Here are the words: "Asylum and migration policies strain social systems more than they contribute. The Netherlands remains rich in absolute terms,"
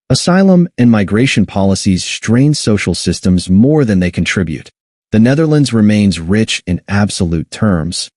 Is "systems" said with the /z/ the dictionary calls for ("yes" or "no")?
yes